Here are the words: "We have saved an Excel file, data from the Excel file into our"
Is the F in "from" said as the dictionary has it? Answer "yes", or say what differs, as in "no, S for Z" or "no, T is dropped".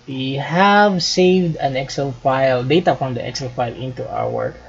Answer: no, P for F